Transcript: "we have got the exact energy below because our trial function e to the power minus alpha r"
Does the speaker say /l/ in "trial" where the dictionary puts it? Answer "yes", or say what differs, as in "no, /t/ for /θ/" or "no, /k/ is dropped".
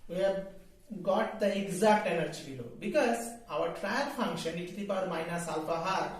no, /n/ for /l/